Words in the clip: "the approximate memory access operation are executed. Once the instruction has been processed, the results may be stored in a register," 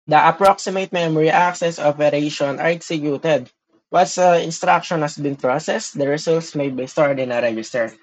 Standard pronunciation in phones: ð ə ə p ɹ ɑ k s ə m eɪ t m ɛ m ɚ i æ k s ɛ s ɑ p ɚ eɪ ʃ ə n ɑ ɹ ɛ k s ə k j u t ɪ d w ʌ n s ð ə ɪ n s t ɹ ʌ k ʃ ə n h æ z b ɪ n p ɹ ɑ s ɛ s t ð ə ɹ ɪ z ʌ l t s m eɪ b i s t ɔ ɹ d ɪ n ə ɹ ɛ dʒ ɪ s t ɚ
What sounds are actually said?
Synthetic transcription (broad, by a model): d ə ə p ɹ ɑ k s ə m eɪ t m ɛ m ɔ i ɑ k s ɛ s ɑ p ɚ eɪ ʃ ə n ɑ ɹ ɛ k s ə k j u t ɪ d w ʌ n s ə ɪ n s t ɹ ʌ k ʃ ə n h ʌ s b ɪ n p ɹ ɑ s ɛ s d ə ɹ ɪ s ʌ l t s m eɪ b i s t ɔ ɹ d ɪ n ə ɹ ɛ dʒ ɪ s t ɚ